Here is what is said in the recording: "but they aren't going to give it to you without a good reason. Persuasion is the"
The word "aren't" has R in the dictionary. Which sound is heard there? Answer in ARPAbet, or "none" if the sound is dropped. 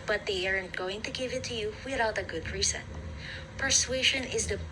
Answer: R